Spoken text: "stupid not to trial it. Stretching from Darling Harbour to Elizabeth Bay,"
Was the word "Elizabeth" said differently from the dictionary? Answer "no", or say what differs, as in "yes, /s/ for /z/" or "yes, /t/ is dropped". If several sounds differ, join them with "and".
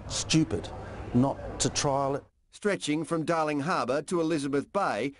no